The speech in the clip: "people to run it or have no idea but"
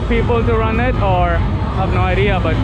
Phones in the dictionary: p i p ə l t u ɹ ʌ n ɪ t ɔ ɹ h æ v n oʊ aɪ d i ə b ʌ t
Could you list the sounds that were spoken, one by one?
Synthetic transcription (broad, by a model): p i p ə l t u ɹ ʌ n ɪ t ɔ ɹ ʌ b n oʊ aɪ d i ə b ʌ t